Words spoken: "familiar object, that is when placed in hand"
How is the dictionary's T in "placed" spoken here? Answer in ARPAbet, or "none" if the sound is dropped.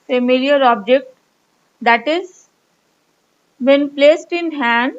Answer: T